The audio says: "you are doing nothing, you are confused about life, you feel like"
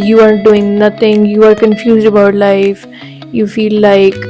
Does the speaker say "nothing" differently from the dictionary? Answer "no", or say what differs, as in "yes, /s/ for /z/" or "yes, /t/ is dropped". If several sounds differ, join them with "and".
yes, /t/ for /θ/